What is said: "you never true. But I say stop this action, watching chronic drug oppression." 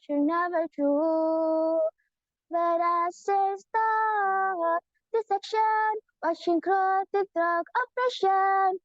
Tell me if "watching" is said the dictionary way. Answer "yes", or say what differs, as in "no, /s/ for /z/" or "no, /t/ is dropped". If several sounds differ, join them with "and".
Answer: no, /ʃ/ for /tʃ/